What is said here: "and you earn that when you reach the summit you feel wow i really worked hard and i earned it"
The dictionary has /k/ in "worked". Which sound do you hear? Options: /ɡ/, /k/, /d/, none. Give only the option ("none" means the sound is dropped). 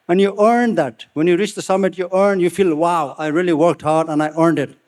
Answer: /k/